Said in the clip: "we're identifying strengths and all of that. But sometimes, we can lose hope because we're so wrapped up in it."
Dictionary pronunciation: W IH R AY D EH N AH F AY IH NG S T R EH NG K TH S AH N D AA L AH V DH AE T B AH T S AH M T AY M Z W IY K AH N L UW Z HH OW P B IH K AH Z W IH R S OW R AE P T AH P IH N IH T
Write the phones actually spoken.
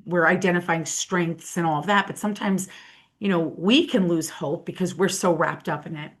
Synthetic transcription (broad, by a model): W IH R AY D EH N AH F AY IH NG S T R EH NG K TH S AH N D AA L AH V DH AE T B AH T S AH M T AY M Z W IY K AH N L UW Z HH OW P B IH K AH Z W IH R S OW R AE P T AH P IH N IH T